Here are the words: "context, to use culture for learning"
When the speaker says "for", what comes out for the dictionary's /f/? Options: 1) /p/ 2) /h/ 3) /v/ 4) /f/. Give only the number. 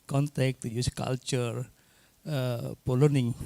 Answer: 1